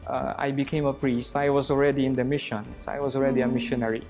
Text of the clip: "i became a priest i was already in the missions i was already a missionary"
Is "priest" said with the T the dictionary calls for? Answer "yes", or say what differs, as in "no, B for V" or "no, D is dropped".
yes